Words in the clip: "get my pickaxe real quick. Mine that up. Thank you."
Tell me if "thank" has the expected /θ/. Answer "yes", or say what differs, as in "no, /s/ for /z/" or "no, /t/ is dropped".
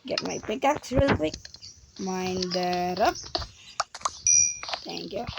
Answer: no, /t/ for /θ/